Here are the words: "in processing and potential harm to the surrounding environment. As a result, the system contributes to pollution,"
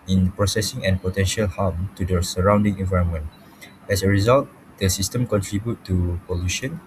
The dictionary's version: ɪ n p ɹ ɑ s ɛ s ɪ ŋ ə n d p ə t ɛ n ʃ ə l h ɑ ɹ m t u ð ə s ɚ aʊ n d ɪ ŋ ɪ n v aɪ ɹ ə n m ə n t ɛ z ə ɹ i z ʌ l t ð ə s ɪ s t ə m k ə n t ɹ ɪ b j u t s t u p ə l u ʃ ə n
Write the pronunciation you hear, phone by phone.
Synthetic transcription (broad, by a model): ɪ n p ɹ ɑ s ɛ s ɪ ŋ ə n p ə t ɛ n ʃ ə l h ɑ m t u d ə s ɚ aʊ n d ɪ ŋ ɪ n v aɪ ɹ ə n m ə n t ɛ s ə ɹ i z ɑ l t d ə s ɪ s t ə m k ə n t ɹ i b j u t t u p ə l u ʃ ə n